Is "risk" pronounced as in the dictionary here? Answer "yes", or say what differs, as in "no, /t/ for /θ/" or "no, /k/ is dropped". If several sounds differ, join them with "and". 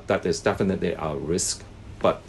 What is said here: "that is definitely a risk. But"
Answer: yes